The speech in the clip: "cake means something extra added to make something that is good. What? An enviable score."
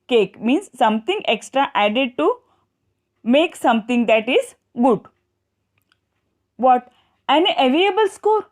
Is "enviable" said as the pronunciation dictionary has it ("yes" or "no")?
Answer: no